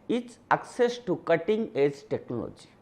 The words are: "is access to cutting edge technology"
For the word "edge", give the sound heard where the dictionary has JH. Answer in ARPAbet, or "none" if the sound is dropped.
Z